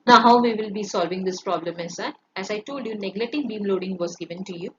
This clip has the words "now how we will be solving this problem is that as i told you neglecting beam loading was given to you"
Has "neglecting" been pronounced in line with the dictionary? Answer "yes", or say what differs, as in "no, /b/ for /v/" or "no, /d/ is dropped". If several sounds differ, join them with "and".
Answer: no, /k/ is dropped